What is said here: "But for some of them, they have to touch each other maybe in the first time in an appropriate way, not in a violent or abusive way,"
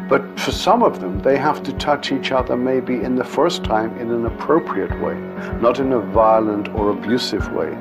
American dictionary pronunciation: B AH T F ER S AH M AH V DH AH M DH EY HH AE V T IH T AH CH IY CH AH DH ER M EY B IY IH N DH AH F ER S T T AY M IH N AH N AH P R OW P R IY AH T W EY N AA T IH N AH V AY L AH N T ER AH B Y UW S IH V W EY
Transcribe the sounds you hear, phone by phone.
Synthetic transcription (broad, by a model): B AH T F ER S AH M AH V DH AH M DH EY HH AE F T IH T AH CH IY CH AH DH ER M EY B IY IH N DH AH F ER S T T AY M IH N AH N AH P R OW P R IY AH T W EY N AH T IH N AH V AY L AH N T ER AH B Y UW S IH V W EY